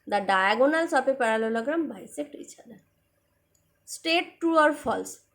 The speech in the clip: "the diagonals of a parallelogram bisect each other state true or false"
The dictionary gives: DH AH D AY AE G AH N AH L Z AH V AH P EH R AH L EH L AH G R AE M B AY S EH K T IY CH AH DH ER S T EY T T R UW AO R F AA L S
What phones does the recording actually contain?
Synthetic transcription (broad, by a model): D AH D AY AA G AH N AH L S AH P AH P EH R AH L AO L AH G R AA M B AY S EH K T IY CH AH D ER S T EY T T UW AO R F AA L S